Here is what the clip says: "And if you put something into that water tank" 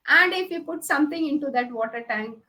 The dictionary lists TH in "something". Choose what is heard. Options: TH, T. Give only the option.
T